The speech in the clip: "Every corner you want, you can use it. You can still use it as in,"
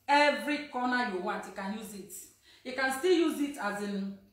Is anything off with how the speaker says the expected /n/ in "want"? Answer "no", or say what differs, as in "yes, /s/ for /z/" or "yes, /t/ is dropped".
yes, /n/ is dropped